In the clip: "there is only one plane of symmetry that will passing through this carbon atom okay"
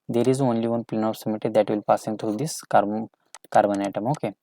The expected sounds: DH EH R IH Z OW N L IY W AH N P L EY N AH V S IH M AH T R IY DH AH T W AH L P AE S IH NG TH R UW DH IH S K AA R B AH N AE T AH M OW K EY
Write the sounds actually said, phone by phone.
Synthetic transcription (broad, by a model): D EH R IH Z OW N L IY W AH N P L EY N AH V S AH M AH T IY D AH T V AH L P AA S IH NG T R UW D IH S K AA R B AH N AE T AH M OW K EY